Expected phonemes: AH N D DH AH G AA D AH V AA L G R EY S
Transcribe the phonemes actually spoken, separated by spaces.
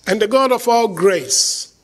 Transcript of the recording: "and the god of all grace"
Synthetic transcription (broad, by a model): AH N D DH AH G AA D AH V AA L G R EY S